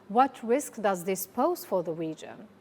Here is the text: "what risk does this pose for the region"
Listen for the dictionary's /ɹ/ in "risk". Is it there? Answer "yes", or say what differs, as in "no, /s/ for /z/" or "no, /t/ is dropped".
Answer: yes